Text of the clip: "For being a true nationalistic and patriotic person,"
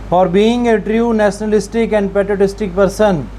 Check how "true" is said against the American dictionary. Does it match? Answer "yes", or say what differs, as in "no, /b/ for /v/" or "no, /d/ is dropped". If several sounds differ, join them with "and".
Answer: yes